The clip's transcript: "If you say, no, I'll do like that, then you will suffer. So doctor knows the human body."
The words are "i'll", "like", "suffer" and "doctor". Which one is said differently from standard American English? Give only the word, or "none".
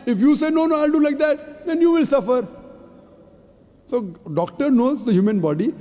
none